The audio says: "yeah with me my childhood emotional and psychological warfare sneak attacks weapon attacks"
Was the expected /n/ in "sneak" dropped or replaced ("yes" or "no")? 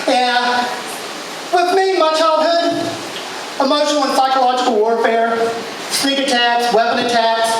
yes